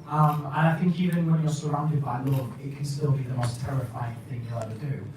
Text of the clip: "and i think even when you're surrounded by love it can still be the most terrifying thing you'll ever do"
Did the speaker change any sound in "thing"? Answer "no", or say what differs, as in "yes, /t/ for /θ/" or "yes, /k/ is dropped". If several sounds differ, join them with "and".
no